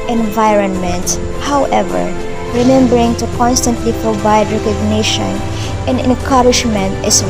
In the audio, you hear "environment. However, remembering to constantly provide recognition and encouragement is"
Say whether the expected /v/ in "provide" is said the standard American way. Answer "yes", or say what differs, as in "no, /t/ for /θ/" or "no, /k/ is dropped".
no, /b/ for /v/